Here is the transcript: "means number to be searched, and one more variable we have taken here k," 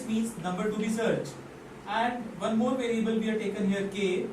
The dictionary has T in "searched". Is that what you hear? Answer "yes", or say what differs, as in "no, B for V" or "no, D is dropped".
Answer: no, T is dropped